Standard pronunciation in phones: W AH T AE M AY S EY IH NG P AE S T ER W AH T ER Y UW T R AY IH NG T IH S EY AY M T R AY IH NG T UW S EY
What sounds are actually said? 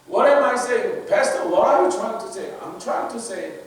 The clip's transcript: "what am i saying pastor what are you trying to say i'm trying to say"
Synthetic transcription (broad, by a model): W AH T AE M AY S EY IH NG B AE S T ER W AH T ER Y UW T R AY IH NG T IH S EY AY M T R AY IH NG T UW S EY